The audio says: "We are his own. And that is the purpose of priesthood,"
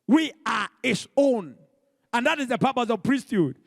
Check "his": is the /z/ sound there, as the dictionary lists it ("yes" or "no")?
no